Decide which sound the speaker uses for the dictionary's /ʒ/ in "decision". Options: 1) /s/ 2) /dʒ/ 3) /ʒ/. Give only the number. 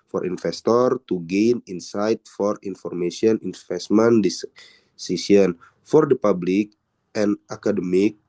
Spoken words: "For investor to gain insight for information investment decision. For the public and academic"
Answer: 1